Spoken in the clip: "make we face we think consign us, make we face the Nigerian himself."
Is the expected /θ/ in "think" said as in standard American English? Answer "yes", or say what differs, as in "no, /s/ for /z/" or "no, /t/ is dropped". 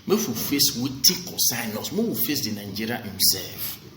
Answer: no, /t/ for /θ/